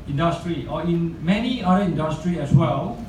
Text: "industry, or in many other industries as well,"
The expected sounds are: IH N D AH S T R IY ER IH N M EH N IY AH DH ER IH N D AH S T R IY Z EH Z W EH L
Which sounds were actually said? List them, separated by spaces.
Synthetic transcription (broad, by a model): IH N D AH S T R IY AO IH N M EH N IY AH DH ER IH N D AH S T R IY EH S W EH L